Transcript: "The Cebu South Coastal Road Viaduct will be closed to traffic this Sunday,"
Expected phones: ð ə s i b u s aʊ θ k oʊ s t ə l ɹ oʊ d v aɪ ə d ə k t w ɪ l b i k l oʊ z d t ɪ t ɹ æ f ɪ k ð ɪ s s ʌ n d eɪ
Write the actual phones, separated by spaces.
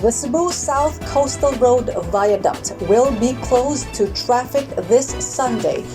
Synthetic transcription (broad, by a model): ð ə s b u s aʊ θ k oʊ s t ə l ɹ oʊ d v aɪ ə d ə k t w ɪ l b i k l oʊ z t ɪ t ɹ æ f ɪ k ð ɪ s s ʌ n d eɪ